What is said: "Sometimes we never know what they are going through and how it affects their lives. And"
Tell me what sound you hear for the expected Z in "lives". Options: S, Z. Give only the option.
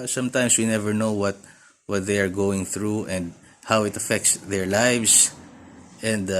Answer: S